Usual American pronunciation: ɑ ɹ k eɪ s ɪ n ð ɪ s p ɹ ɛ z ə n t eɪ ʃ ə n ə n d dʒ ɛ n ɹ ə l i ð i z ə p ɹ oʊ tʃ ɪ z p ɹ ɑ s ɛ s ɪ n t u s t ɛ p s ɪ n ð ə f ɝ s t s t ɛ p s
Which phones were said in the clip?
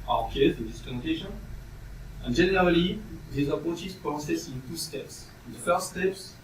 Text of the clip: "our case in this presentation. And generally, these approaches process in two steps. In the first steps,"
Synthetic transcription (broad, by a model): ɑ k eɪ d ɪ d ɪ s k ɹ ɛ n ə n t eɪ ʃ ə n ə n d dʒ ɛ n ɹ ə l i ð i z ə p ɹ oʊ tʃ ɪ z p l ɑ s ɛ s ɪ n t u s t ɛ p s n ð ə f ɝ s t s t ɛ p s